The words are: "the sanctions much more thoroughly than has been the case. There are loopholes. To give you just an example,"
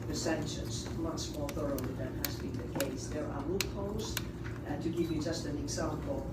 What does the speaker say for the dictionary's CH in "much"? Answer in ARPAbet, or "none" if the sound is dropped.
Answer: S